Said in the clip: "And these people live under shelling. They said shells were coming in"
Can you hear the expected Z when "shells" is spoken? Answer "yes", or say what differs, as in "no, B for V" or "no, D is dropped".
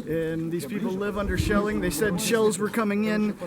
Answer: yes